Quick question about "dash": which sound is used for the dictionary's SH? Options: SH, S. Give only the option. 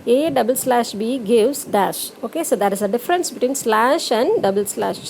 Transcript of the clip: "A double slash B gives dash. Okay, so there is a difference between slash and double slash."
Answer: SH